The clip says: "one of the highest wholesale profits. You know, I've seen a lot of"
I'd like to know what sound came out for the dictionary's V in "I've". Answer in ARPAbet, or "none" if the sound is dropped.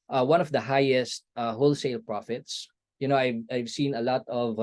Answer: V